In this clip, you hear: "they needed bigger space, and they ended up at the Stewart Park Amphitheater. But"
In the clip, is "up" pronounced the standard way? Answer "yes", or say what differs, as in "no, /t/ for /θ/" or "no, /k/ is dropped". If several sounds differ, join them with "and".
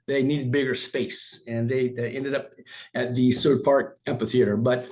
yes